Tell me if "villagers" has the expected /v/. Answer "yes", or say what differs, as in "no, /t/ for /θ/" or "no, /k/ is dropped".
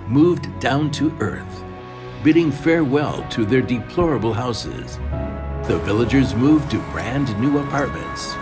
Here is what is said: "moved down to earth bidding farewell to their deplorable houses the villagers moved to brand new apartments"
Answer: yes